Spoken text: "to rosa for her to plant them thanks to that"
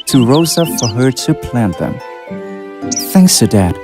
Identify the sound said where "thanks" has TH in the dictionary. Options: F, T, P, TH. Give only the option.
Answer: TH